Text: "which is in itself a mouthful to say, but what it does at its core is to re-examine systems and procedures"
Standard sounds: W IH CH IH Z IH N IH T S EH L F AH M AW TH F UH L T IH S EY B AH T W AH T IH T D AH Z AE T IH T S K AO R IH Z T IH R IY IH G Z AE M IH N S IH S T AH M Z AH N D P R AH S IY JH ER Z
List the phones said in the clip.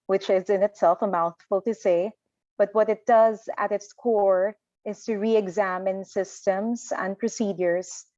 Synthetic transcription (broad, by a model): W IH CH IH Z IH N IH T S EH L F AH M AW TH F UH L T IH S EY B AH T W AH T IH T D AH Z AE T IH T S K AO R IH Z T IH R IY IH G Z AE M IH N S IH S T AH M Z AH N D P R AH S IY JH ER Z